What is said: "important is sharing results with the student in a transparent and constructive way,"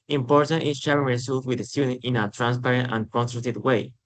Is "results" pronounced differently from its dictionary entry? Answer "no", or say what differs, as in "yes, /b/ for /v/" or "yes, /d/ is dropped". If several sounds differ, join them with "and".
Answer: yes, /s/ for /z/ and /s/ is dropped